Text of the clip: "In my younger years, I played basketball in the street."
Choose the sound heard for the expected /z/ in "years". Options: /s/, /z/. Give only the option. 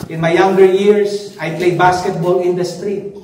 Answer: /s/